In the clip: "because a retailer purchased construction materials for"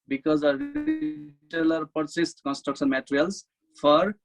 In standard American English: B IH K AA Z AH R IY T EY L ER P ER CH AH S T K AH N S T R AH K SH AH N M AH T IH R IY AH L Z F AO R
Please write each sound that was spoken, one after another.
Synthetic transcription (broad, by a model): B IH K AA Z AH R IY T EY L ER P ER S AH S T K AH N S T R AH K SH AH N M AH T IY R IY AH L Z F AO R